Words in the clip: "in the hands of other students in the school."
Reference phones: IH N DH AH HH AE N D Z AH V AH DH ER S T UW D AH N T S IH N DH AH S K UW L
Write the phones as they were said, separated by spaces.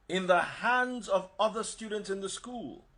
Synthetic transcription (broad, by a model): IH N DH AH HH AE N D Z AH V AH DH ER S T UW D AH N T S IH N DH AH S K UW L